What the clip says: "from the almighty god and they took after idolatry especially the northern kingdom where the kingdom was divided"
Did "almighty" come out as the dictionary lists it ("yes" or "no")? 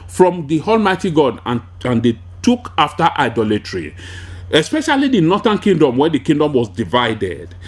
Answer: yes